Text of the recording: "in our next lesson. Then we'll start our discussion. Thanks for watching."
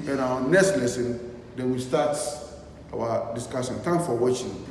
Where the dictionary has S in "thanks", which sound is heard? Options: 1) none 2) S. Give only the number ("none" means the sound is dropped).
1